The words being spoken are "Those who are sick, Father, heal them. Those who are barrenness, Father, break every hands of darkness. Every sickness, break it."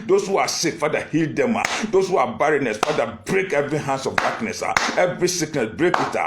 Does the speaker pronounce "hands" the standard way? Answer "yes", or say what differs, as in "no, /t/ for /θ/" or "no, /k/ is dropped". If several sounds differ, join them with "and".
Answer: no, /s/ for /z/